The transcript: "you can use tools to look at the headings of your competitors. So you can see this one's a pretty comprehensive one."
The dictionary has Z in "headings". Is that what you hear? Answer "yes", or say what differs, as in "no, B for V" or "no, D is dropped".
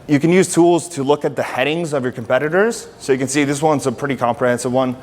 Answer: yes